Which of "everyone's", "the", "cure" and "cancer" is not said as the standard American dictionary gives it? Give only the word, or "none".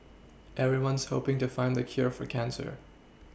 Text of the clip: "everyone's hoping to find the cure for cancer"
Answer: none